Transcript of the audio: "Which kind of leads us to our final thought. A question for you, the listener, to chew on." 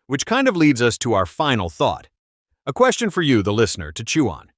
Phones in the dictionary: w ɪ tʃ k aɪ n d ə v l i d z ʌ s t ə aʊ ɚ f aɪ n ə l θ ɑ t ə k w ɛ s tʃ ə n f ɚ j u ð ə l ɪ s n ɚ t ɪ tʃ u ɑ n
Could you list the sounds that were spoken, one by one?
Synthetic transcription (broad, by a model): w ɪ tʃ k aɪ n d ə v l i d z ʌ s t ə aʊ ɚ f aɪ n l θ ɑ t ə k w ɛ s tʃ ə n f ɚ j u ð ə l ɪ s n ɚ t ɪ tʃ u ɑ n